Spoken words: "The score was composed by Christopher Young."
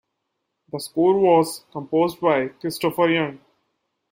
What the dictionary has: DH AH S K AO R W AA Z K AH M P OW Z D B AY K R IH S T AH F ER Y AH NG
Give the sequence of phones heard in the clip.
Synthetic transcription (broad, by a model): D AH S K AO R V AA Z K AH M P OW Z D B AY K R IH S T AH F ER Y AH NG